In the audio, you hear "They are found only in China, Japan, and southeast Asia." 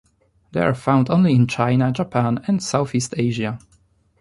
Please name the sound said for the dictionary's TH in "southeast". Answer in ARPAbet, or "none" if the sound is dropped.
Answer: TH